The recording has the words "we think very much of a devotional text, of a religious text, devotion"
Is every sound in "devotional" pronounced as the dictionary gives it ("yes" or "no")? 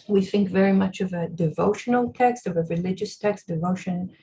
yes